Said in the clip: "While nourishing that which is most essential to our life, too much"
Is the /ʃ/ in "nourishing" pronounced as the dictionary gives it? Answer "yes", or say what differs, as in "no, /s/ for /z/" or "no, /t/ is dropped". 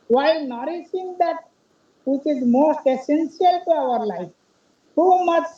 no, /s/ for /ʃ/